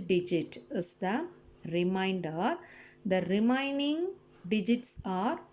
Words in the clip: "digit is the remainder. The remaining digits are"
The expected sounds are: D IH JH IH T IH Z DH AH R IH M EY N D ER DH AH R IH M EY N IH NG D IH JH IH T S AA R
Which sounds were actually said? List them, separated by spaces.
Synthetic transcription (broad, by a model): D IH JH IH T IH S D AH R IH M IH N D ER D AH R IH M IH N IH NG D IH JH IH T S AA R